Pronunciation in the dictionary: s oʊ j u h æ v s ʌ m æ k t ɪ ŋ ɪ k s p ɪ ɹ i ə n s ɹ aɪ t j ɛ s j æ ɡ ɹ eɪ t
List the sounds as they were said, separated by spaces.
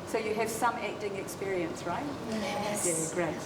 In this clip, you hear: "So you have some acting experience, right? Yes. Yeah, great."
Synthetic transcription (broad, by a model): s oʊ j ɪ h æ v s ʌ m æ k t ɪ ŋ ɪ k s p ɪ ɹ i ə n s ɹ aɪ t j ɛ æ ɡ ɹ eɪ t